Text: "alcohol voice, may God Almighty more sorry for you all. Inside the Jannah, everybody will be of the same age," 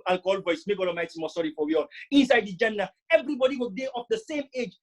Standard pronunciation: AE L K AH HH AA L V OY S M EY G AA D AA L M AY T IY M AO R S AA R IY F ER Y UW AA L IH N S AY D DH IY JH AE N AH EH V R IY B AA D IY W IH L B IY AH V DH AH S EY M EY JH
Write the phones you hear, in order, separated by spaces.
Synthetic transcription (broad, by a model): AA L K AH HH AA L V OY S M EY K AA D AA M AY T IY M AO S AA R IY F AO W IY AA L IH N S AY D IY JH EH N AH EH V R IY B AA D IY W IH L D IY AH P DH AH S EY M EY JH